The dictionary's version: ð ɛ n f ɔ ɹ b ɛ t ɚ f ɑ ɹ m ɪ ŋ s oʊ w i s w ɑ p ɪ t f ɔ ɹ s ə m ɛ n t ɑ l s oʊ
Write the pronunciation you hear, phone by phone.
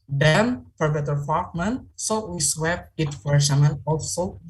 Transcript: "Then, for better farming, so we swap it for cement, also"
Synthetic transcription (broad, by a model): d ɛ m f ɔ ɹ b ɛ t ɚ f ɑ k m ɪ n s oʊ w i s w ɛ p ɪ t f ɔ ɹ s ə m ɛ n ɑ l s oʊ